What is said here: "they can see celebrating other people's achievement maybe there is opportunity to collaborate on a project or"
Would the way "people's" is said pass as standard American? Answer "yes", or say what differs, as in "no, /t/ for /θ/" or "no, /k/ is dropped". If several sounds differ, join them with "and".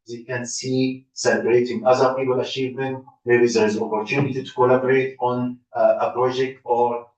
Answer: no, /z/ is dropped